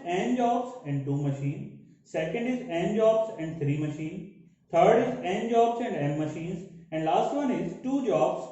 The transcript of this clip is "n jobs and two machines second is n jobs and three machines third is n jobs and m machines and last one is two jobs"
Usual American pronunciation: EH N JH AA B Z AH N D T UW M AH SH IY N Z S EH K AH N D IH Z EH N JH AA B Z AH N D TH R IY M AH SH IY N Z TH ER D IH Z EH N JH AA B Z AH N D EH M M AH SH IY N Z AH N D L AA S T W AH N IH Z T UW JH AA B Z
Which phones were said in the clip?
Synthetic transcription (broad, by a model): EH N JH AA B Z AH N D T UW M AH SH IY N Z S EH K AH N D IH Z EH N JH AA B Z AH N D T R IY M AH SH IY N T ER D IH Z EH N JH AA B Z AH N D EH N M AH SH IY N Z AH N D L AA S T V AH N IH Z T UW JH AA B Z